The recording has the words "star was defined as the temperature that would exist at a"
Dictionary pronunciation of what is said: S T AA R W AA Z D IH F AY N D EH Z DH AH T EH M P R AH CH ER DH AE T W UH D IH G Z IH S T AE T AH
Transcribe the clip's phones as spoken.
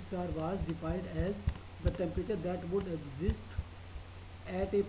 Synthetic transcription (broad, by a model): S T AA R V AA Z D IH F AY D EH Z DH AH T EH M P R AH CH ER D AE T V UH D IH G Z IH S T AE T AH